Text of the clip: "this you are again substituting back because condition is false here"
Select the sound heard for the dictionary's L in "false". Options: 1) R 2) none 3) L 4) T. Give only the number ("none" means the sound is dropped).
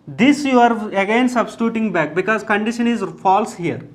3